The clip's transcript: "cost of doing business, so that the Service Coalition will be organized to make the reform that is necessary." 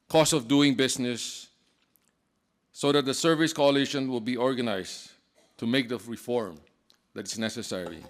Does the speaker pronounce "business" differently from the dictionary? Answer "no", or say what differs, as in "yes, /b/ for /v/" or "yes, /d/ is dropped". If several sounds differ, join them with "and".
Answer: yes, /s/ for /z/